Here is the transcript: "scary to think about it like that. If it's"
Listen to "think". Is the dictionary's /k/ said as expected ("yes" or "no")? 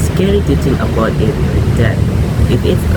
no